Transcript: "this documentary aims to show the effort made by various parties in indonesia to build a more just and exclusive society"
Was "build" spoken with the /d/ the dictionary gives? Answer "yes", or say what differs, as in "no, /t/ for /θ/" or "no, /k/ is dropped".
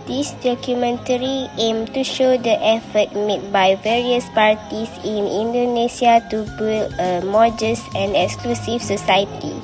no, /d/ is dropped